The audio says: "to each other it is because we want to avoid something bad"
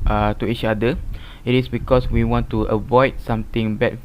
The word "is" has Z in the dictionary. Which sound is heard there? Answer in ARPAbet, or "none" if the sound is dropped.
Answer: S